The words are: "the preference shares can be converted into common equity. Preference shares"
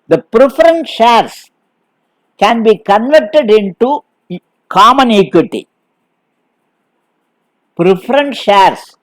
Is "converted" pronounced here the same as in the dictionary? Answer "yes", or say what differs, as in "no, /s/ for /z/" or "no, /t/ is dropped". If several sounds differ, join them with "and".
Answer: yes